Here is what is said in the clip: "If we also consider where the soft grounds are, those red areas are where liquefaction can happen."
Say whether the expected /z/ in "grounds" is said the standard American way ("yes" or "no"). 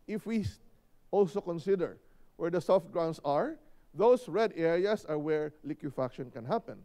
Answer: no